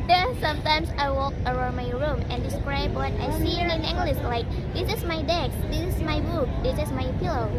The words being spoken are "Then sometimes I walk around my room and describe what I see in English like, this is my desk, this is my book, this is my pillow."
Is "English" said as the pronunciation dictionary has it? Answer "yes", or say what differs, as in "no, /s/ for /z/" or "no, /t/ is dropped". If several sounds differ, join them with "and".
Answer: no, /s/ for /ʃ/